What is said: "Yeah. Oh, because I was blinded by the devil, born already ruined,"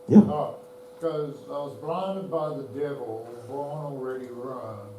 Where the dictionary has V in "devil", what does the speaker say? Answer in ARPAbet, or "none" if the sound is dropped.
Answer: V